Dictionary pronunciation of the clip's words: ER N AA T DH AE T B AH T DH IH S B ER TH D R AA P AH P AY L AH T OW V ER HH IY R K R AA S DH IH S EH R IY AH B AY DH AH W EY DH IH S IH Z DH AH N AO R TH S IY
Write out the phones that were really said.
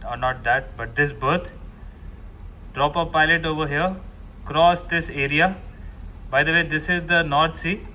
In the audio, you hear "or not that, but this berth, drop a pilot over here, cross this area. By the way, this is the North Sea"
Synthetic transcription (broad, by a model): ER N AA T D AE T B AH T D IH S B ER T D R AA P AH P AY L AH T OW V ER HH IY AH K R AA S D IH S EH R IY AH B AY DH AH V EY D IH S IH Z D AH N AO R T S IY